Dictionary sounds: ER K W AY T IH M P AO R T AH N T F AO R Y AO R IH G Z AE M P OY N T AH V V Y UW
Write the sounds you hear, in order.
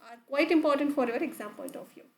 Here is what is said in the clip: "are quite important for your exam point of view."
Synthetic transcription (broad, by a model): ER K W AY T IH M P AO R T AH N T F AO R Y AO R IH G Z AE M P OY L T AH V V Y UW